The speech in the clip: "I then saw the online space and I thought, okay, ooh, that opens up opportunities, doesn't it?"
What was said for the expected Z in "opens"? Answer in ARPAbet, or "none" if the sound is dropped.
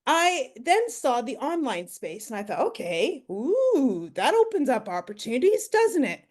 Z